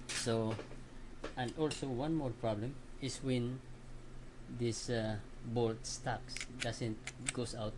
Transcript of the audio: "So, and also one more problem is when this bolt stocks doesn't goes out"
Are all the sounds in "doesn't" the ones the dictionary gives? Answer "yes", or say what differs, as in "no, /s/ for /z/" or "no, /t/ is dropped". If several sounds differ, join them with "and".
no, /s/ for /z/